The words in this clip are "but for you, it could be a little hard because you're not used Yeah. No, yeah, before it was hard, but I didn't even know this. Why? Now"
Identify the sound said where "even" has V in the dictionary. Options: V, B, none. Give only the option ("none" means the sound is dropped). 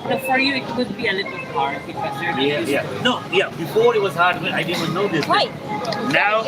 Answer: none